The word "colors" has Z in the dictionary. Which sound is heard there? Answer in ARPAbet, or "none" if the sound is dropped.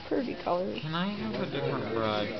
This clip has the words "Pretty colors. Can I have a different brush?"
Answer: none